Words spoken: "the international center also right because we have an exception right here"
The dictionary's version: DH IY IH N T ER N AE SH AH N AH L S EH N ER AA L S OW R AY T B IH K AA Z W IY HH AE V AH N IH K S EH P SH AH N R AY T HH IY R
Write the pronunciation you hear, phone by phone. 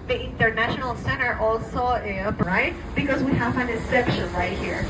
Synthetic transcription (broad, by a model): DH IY IH N T ER N AE SH AH N AH L S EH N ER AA L S OW R AY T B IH K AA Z W IY HH AE V AH N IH S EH P SH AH N R AY T HH IY R